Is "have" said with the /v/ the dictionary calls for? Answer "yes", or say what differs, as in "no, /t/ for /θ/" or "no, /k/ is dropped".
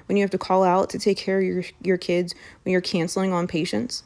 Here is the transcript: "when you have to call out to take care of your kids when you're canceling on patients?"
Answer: no, /f/ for /v/